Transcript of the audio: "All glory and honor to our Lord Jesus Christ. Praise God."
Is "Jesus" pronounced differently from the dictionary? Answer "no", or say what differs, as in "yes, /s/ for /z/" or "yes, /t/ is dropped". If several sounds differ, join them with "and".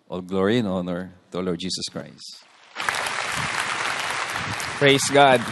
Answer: yes, /s/ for /z/